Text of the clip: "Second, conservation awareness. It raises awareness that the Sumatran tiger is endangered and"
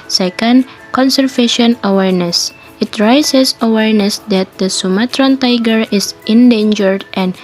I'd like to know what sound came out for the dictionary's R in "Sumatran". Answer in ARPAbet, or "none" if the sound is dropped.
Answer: R